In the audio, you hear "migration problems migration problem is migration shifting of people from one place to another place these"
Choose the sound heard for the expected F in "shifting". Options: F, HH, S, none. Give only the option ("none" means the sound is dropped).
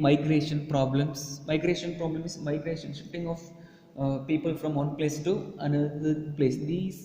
none